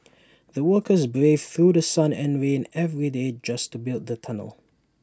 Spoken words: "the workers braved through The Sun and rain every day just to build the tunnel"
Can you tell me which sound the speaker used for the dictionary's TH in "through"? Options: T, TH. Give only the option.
TH